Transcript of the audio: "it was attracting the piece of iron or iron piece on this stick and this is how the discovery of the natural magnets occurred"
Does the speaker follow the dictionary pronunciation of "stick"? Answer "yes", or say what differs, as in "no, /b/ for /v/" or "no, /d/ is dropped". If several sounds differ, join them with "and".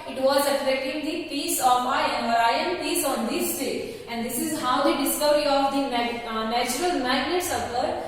no, /k/ is dropped